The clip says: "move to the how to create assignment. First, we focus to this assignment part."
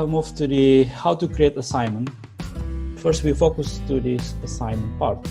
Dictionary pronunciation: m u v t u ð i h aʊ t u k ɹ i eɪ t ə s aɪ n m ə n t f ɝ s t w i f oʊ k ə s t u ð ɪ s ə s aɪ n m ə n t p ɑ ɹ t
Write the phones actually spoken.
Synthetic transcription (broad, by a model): m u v t u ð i h aʊ t u k ɹ i eɪ t ə s aɪ n m ə n t f ɝ s t w i f oʊ k ə s t u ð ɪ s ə s aɪ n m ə n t p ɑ ɹ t